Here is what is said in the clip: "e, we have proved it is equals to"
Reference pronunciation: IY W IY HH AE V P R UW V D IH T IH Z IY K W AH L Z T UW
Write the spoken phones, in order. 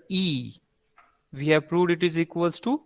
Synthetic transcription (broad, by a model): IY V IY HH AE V P R UW V D IH T IH Z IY K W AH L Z T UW